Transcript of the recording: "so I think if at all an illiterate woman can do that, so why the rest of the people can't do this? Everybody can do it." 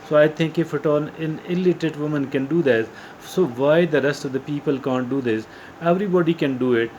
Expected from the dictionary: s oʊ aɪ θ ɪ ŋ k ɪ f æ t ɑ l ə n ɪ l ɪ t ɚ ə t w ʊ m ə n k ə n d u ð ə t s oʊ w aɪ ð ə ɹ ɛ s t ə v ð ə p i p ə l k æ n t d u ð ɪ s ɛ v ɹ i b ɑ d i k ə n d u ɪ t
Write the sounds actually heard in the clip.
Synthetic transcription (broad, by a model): s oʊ aɪ t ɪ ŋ k ɪ f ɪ t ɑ n ə n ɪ l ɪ t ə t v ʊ m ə n k ə n d u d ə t s oʊ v aɪ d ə ɹ ɛ s t ə v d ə p i p ə l k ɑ n t d u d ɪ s ɛ v ɹ i b ɑ d i k ə n d u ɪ t